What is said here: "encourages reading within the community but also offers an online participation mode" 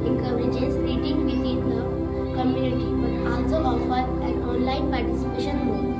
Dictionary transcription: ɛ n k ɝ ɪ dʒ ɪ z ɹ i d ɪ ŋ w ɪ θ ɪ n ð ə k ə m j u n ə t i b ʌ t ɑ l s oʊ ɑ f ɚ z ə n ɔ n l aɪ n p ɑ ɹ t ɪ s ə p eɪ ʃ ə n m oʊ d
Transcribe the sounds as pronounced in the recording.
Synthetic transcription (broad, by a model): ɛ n k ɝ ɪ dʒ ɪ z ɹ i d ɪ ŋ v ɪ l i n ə k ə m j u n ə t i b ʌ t ɑ l s oʊ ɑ f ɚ ə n ɔ n l aɪ n p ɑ ɹ t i s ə p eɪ ʃ ə n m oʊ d